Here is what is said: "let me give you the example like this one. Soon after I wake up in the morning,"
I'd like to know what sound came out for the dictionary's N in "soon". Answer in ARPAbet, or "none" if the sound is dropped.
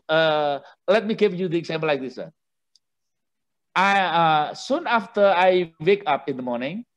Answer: N